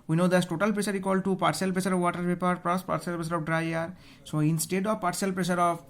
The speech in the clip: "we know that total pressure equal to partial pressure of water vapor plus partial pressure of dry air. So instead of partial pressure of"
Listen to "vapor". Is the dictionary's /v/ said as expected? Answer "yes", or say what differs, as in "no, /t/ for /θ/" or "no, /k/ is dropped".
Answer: no, /p/ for /v/